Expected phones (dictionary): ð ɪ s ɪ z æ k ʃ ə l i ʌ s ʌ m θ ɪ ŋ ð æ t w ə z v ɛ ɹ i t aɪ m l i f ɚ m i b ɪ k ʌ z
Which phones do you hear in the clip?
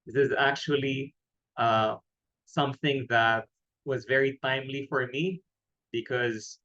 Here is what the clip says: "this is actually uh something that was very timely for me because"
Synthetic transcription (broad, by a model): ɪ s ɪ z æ k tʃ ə l i ʌ s ʌ m θ ɪ ŋ ð æ t w ə z v ɛ ɹ i t aɪ m l i f ɚ m i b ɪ k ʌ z